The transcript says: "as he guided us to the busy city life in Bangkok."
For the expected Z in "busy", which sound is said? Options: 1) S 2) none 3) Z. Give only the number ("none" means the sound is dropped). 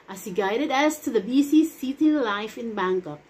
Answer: 1